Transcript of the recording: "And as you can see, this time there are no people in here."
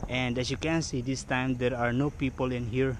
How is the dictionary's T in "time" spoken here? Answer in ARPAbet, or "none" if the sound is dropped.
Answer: T